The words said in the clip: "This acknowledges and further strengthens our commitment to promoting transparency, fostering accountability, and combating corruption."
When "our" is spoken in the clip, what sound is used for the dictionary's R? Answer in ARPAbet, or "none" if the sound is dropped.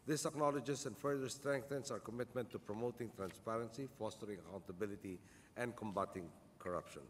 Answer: R